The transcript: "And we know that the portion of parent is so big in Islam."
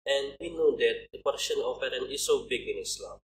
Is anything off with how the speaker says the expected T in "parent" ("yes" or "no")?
yes